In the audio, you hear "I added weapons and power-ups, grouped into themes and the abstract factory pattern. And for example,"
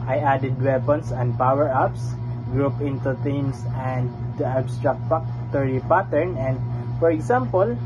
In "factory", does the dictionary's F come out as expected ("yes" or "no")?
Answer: no